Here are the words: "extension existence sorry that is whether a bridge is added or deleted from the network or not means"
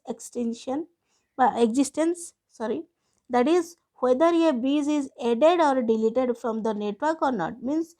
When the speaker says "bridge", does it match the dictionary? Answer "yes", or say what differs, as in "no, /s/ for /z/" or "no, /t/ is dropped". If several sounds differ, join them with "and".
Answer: no, /ɹ/ is dropped and /z/ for /dʒ/